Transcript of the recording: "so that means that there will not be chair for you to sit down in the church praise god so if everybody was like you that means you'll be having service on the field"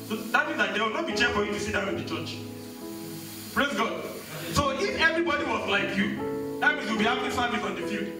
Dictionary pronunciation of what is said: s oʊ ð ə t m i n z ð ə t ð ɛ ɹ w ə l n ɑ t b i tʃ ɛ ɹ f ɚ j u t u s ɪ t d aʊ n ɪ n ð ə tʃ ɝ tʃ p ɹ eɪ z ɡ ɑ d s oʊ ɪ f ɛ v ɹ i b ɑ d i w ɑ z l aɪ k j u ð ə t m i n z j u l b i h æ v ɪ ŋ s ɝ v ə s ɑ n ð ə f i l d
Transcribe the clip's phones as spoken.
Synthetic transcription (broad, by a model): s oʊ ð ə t m i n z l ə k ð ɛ w ə l n ɑ t b i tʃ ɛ f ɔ j u t u s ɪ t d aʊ ɪ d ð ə tʃ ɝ tʃ p ɹ eɪ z ɡ ɑ d s oʊ ɪ f ɛ v ɹ i b ɑ d i w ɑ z l aɪ k j u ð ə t m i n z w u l b i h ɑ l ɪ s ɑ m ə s ɑ n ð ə f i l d